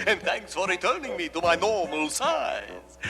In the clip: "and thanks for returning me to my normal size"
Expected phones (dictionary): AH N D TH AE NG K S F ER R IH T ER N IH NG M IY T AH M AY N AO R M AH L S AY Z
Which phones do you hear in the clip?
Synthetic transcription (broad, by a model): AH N TH AE NG K S F ER R IH T ER N IH NG M IY T AH M AY N AO R M AH L S AY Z